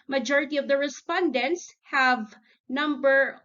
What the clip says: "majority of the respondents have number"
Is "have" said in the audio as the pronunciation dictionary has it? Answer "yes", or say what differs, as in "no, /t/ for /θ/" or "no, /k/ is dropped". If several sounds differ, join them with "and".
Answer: yes